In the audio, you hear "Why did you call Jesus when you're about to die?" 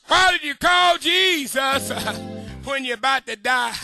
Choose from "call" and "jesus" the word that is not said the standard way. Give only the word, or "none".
none